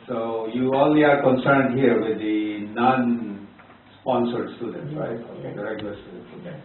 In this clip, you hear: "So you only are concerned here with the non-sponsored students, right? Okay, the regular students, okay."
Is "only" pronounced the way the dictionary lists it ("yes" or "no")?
no